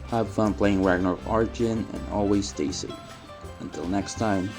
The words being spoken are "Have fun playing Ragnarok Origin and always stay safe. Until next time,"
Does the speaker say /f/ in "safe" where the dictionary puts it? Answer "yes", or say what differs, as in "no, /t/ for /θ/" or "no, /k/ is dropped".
no, /f/ is dropped